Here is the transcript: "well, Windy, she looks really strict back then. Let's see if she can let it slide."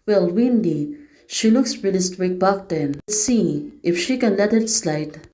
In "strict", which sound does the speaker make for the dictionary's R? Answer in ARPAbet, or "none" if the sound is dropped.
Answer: W